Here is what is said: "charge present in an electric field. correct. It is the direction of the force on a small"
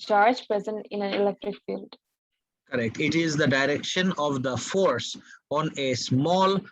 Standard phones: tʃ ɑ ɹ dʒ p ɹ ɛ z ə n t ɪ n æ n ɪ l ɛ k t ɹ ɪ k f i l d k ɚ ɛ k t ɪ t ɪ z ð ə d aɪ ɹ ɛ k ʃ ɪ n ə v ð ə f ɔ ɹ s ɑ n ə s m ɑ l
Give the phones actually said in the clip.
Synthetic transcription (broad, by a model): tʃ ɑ ɹ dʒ p ɹ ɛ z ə n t ɪ n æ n ɪ l ɛ k t ɹ ɪ k f i l d k ɚ ɛ k t ɪ t ɪ z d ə d aɪ ɹ ɛ k ʃ ɪ n ə v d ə f ɔ ɹ s ɑ n ə s m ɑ l